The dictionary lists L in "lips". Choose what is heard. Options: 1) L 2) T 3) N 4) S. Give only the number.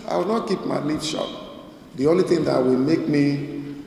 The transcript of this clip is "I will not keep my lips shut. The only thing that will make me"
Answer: 3